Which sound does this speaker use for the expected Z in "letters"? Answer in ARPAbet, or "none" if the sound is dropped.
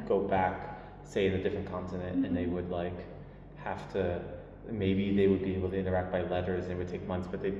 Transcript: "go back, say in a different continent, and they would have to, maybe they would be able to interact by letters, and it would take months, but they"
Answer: Z